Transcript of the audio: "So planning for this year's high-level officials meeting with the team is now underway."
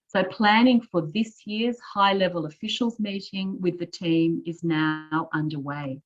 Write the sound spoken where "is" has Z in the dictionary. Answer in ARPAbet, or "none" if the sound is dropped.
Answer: Z